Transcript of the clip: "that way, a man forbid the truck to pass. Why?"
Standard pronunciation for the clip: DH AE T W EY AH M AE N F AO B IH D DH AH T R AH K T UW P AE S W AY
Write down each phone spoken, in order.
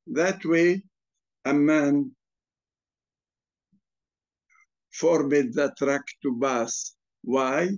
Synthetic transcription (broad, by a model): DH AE T W EY AH M AE N F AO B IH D DH AH T R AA K T UW B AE S W AY